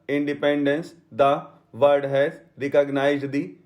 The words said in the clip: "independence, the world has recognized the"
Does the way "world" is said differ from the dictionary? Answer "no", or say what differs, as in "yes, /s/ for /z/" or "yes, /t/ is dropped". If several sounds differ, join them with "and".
yes, /l/ is dropped